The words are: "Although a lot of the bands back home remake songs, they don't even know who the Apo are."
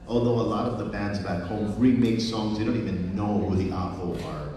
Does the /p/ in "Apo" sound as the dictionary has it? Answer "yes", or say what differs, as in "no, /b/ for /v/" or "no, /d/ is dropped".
no, /f/ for /p/